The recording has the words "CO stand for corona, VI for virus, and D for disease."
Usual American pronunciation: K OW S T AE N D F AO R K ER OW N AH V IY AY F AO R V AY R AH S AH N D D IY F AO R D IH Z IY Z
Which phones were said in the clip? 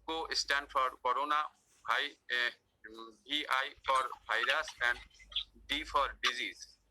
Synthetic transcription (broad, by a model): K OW S T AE N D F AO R K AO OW N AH B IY AY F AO R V AY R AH S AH N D D IY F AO R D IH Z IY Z